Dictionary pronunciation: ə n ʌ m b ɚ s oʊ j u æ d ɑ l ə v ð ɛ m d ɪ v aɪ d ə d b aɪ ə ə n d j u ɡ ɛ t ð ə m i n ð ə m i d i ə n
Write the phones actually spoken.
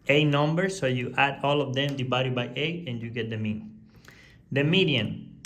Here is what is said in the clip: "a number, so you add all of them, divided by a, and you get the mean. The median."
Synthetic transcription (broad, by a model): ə n ʌ m b ɚ s oʊ j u æ d ɑ l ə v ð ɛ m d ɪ b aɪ d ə b aɪ ə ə n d j u ɡ ɛ t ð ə m i n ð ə m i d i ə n